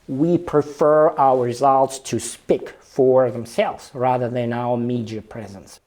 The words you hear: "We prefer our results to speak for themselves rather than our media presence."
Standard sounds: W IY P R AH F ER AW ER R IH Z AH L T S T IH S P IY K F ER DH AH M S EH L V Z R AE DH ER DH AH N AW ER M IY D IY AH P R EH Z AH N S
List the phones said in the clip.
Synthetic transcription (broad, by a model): W IY P R AH F ER AW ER R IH Z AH L T S T IH S P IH K F ER DH AH M S EH L V Z R AE DH ER DH AH N AW ER M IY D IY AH P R EH Z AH N S